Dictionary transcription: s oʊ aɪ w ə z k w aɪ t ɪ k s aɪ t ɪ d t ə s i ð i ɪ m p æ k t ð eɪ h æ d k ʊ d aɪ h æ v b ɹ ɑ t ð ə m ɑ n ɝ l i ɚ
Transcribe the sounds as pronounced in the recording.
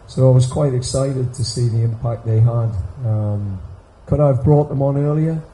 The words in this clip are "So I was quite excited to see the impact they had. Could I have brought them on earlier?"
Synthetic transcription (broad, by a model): s oʊ aɪ w ə z k w aɪ t ɪ k s aɪ t ɪ d t ə s i ð i ɪ m p æ k t ð eɪ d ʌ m k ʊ d aɪ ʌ v b ɹ ɑ t ð ə m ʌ n ɝ l i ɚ